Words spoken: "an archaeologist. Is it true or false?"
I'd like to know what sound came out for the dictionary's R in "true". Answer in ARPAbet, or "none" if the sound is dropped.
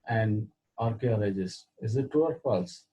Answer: none